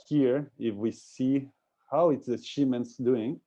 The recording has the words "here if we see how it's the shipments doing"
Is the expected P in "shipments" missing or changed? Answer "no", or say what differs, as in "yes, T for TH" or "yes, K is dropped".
yes, P is dropped